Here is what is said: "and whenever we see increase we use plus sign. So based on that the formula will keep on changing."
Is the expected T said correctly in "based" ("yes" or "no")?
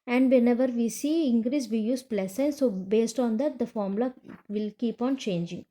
yes